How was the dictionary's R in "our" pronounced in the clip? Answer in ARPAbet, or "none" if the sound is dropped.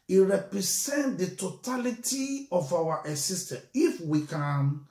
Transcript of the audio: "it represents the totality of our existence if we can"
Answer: W